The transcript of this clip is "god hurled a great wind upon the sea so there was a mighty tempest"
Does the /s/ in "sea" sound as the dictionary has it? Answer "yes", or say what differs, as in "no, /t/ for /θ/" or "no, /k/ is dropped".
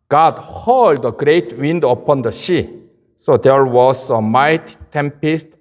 no, /ʃ/ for /s/